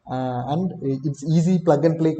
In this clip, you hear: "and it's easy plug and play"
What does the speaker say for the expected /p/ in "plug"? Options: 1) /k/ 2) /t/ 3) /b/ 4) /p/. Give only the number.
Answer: 4